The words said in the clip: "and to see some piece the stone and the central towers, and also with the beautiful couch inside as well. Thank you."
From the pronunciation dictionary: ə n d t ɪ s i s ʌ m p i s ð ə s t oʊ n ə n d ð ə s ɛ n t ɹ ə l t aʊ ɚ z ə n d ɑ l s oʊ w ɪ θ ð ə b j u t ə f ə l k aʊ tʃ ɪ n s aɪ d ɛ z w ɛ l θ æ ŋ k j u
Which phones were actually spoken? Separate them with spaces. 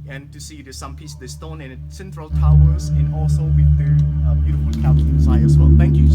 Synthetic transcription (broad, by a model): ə n t ɪ s i s ʌ m p i s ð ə s t oʊ n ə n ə s ɛ n t ɹ ə l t aʊ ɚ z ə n ɑ l s oʊ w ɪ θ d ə b j u t ə f ə l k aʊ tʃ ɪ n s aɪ ʌ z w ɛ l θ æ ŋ k j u